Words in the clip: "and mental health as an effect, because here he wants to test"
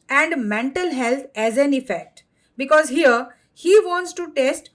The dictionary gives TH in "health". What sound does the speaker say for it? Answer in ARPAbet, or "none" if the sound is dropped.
T